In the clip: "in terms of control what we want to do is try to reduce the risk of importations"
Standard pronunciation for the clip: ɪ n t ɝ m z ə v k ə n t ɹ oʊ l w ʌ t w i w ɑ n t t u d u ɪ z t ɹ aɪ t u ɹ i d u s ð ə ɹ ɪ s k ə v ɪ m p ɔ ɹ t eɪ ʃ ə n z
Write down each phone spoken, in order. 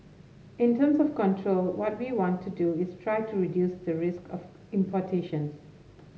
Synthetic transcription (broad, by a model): ɪ n t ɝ m s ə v k ə n t ɹ oʊ l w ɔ t w i w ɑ n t t u d u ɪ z t ɹ aɪ t u ɹ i d u s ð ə ɹ ɪ s k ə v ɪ m p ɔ t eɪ ʃ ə n s